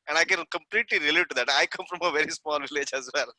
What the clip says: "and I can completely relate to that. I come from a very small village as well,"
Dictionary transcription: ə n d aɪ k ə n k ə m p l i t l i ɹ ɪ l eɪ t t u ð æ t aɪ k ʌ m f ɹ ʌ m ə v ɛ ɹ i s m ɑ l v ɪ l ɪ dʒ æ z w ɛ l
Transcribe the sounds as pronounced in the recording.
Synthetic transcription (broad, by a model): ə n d aɪ k ə n k ə m p l i t l i ɹ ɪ l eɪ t t u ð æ t aɪ k ʌ m f ɹ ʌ m ə v ɛ ɹ i s m ɑ l v ɪ l ɪ dʒ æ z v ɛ l